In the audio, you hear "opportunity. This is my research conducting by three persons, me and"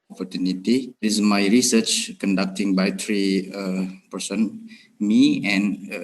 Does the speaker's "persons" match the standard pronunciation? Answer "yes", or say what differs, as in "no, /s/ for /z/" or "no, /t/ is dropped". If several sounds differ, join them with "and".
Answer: no, /z/ is dropped